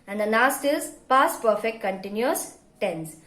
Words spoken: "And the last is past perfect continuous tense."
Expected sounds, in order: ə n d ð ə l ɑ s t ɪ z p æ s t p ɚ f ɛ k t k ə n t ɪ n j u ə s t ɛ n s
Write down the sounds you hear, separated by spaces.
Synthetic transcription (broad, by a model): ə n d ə n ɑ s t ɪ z p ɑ s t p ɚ f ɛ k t k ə n t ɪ n j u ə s t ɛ n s